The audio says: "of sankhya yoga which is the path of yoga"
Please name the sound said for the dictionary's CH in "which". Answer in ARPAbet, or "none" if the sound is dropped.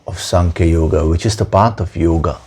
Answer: CH